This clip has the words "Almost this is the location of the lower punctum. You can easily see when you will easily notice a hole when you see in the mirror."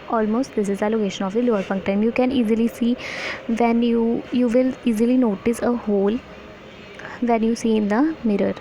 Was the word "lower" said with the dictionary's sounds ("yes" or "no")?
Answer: yes